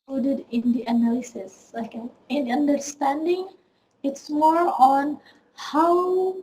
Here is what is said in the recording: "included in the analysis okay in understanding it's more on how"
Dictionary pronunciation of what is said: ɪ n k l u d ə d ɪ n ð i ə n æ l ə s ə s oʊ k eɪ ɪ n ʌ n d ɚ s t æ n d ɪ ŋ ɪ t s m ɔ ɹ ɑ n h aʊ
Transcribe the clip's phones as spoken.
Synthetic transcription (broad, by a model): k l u d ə d ɪ n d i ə n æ l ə s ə s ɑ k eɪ ɪ n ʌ n d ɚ s t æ n d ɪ ŋ ɪ t s m ɔ ɹ ɑ n h aʊ